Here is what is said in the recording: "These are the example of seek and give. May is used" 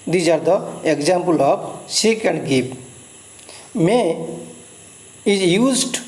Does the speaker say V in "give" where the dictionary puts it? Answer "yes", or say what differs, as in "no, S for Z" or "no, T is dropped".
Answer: no, P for V